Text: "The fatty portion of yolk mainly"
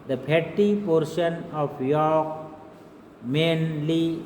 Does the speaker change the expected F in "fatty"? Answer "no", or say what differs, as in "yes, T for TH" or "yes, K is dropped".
yes, P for F